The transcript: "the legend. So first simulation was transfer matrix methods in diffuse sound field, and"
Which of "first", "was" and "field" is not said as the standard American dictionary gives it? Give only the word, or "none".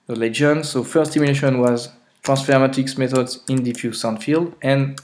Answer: none